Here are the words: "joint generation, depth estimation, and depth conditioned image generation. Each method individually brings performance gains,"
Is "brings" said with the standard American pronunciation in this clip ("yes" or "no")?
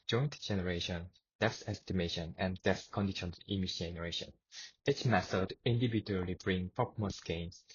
no